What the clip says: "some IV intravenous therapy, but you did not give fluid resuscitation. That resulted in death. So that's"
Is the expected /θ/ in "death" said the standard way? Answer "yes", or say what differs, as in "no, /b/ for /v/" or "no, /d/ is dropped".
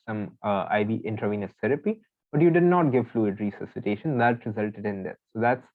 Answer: no, /s/ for /θ/